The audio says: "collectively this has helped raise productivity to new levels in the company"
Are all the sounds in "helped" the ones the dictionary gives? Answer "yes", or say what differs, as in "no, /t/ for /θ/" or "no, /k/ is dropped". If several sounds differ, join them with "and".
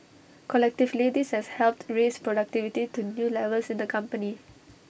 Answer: yes